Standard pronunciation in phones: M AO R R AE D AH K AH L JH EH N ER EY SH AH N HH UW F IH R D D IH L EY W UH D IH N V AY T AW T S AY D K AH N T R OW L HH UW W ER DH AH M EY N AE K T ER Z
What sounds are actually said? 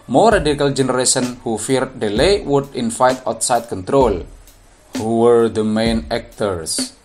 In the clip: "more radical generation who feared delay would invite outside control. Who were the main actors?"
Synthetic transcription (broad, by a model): M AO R R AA D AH K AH L JH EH N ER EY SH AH N HH UW F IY R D D IH L EY W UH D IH N F AY T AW T S AY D K AH N T R OW L HH UW W ER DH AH M EY N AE K T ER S